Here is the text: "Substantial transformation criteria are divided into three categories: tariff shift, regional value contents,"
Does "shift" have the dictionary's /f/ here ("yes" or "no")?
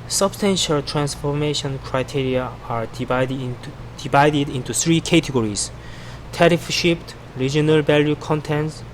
no